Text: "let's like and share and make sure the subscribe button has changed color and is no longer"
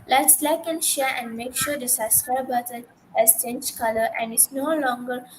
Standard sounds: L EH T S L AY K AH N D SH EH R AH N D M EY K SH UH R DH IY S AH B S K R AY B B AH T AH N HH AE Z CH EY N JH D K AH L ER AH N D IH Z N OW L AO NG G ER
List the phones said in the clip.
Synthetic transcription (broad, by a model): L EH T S L AY K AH N SH EH R AH N D M EY K SH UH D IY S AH S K AY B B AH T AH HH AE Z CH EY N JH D K AH L ER AH N D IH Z N OW L AO NG G ER